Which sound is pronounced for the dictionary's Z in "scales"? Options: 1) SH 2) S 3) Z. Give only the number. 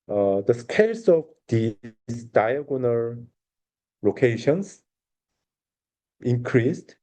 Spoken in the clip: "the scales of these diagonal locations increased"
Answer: 2